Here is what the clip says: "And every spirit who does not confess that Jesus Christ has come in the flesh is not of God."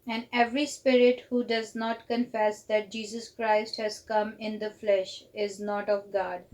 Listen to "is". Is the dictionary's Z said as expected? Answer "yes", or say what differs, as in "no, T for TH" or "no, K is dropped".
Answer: yes